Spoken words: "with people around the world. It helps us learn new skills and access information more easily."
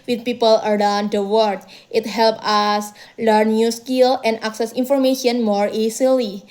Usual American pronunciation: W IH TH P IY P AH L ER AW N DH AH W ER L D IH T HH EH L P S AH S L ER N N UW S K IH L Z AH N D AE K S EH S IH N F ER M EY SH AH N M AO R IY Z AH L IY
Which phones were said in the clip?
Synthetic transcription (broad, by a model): W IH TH P IY P AH L ER AW N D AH W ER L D IH T HH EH L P AH S L ER N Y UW S K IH L AH N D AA K S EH S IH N F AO M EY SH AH N M AO R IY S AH L IY